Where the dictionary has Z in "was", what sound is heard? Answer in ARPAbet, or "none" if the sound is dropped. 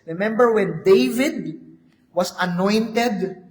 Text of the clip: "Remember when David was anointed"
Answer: S